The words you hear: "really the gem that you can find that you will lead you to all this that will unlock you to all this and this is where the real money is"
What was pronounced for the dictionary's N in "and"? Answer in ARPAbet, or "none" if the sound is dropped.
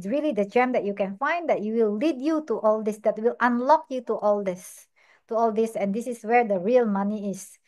L